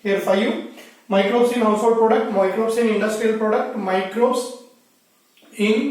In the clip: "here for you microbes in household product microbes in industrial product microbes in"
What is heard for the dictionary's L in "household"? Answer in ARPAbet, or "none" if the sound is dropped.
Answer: none